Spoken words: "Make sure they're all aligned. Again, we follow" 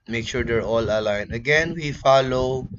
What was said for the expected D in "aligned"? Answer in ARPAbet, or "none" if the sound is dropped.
none